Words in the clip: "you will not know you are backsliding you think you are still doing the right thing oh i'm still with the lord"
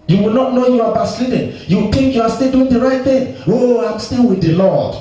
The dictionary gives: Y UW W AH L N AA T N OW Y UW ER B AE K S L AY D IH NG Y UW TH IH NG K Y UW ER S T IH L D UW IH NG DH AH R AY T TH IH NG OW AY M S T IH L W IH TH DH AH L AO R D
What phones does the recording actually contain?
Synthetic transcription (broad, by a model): Y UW W AH L N AA T N OW Y UW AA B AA S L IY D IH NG Y UW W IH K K Y UW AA S T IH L D UW IH NG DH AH R AY T TH IH NG OW AY M S T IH L W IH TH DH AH L AO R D